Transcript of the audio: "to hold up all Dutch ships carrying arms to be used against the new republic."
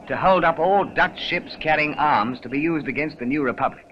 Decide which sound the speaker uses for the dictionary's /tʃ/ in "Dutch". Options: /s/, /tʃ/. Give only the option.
/tʃ/